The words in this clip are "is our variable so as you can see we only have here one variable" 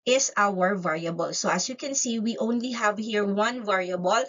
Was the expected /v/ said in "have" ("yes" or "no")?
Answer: yes